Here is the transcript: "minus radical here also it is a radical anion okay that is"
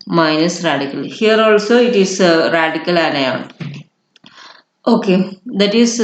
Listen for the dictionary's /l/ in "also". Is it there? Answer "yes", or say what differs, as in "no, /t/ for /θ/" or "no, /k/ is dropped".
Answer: yes